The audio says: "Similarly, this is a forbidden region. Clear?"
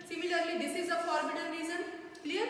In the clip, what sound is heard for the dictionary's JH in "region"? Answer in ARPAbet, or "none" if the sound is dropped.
Z